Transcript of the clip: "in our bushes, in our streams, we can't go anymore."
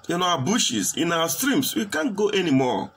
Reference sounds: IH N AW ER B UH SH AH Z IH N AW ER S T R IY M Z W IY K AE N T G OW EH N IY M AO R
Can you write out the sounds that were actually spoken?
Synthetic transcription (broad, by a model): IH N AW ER B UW SH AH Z IH N AW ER S T R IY M S W IY K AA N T G OW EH N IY M AO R